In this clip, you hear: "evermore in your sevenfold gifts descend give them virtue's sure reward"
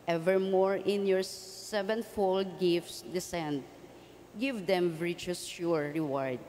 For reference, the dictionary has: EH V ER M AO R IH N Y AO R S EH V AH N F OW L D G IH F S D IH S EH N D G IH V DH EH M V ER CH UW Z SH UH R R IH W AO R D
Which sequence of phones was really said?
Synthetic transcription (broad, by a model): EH V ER M AO R IH N Y AO R S EH V AH N F OW L D G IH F S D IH S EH N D G IH V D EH M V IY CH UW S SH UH R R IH W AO R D